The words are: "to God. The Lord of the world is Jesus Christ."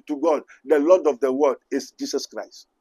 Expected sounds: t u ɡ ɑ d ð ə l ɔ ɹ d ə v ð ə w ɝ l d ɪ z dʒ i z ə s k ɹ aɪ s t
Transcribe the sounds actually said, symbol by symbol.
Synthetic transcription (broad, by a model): t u ɡ ɑ d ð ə l ɔ d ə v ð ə w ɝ d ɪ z dʒ i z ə s k ɹ aɪ s t